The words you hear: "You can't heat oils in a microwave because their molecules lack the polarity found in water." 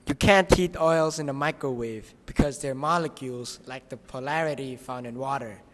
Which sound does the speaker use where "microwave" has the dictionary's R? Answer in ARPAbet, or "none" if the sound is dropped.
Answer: R